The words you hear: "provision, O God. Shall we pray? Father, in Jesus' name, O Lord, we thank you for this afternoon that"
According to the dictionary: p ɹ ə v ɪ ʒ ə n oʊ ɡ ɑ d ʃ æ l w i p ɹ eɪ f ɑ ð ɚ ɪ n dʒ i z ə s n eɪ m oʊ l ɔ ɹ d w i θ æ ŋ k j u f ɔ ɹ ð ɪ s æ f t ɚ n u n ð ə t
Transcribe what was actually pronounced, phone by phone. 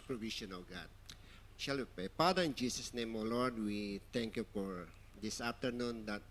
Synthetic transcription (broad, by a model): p ɹ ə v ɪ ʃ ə n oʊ ɡ ɑ d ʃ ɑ l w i p ɹ eɪ p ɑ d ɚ ɪ n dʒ i s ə s n eɪ m oʊ l ɔ ɹ d w i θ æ ŋ k j u f ɔ ɹ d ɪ s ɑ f t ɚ n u n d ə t